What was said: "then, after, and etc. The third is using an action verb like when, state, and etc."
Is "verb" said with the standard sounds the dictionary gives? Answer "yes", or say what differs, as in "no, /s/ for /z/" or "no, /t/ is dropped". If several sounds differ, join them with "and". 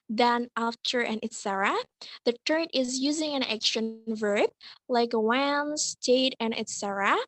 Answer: yes